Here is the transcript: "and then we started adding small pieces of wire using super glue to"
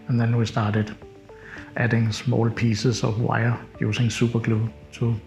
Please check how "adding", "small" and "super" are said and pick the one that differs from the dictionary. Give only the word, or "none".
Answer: super